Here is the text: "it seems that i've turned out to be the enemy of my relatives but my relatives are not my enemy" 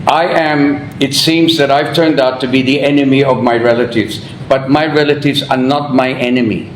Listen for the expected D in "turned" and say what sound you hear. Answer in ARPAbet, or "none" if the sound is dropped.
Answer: D